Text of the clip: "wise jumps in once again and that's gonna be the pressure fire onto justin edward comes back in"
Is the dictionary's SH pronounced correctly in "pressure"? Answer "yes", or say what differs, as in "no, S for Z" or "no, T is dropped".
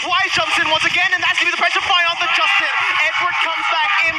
no, S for SH